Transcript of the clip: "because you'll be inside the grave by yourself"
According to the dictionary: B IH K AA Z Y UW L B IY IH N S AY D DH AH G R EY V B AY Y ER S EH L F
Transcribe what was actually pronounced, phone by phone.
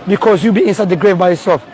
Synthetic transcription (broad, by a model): B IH K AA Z Y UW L B IY IH N S AY D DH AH G R EY V B AY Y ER S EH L F